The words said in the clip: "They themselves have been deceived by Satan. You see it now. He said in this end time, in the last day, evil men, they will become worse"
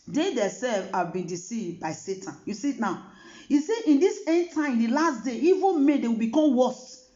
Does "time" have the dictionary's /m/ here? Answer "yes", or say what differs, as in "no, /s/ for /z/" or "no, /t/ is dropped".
no, /m/ is dropped